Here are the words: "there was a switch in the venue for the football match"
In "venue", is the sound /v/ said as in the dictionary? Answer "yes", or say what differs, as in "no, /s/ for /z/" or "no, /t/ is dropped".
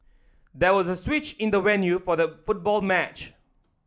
no, /w/ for /v/